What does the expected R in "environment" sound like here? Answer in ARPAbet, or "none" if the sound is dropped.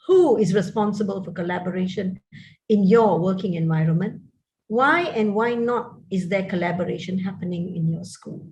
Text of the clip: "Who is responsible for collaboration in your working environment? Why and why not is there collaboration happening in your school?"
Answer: R